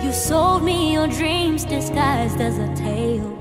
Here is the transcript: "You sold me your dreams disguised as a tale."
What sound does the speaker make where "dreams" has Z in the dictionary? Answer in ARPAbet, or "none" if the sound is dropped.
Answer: Z